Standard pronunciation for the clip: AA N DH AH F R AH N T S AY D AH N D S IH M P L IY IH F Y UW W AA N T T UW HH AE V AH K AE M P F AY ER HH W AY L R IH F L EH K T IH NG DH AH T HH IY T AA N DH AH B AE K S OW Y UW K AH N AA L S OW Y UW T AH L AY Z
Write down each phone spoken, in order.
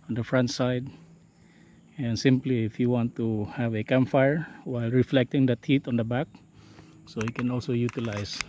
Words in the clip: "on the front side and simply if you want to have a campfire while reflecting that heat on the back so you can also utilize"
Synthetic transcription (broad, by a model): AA N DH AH F R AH N T S AY D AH N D S IH M P L IY IH F Y UW W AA N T T UW HH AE V AH K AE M F AY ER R W AY L R IH F L EH K T IH NG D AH T HH IY T AA N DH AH B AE K S OW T K AH N AA L S OW Y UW T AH L AY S